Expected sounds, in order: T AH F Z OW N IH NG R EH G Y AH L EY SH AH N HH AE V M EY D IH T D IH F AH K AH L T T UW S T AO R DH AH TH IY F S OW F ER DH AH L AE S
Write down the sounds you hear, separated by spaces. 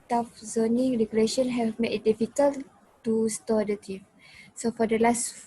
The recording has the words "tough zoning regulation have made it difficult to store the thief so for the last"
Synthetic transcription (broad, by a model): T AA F Z OW N IH NG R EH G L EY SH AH N HH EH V M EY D IH T D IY F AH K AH L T T UW S T AO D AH T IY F S OW F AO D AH L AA S